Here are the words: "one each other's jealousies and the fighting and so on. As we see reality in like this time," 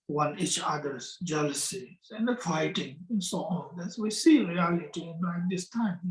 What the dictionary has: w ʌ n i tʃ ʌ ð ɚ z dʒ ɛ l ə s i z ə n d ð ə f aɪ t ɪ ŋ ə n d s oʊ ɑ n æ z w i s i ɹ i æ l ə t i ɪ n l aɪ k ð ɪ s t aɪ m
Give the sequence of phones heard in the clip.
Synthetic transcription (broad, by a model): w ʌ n i tʃ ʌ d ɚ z dʒ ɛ l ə s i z ə n d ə f aɪ t ɪ ŋ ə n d s oʊ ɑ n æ s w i s i ɹ i æ l ə t i ɪ n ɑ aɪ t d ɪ s t aɪ m